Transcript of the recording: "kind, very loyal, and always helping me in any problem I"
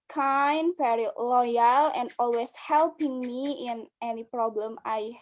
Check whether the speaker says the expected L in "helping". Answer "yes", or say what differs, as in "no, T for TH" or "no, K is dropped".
yes